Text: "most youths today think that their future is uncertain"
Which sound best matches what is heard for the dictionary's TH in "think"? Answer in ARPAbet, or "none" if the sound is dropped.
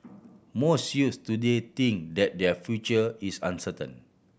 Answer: T